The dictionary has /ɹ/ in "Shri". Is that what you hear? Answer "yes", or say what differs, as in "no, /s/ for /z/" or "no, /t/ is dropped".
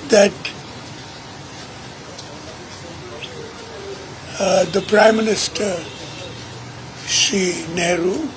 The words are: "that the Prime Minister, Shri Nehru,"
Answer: no, /ɹ/ is dropped